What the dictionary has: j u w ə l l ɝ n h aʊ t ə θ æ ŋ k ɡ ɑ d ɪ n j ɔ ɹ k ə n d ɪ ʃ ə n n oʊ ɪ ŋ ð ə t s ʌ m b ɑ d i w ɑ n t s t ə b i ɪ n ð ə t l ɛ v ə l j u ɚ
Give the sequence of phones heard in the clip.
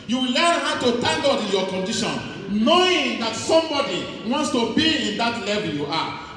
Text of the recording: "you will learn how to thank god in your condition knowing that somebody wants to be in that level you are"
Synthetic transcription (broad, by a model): j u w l l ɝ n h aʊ t ə t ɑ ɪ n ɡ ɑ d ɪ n j ɔ k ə n d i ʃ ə n n oʊ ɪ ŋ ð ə t s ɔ m b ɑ d i w ɑ n t s t ə b i ɪ n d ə t l ɛ v ə l j u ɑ